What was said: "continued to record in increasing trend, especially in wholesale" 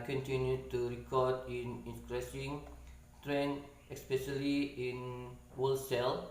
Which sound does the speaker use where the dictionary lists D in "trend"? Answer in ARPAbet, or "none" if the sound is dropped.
none